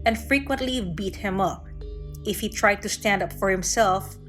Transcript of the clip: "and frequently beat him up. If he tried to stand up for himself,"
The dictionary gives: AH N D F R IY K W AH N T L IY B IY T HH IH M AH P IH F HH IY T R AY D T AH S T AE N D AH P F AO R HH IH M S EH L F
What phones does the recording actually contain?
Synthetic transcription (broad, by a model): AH N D F R IY K W AH N T L IY B IY T HH IH M AH P IH F HH IY T R AY D T AH S T AE N D AH P F AO R HH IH M S EH L F